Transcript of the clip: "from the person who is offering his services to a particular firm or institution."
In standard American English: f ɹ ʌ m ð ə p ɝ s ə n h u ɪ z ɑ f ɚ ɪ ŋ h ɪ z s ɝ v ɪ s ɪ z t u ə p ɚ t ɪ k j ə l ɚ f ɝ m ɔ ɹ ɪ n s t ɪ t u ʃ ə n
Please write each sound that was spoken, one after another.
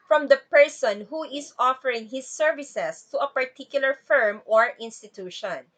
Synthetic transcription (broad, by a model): f ɹ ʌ m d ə p ɝ s ə n h u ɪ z ɑ f ɚ ɪ ŋ h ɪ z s ɝ v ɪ s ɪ s t u ə p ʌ t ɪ k j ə l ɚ f ɝ m ɔ ɹ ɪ n s t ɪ t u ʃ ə n